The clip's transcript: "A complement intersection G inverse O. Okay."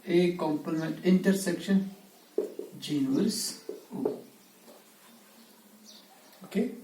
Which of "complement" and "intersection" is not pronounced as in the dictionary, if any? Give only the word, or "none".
complement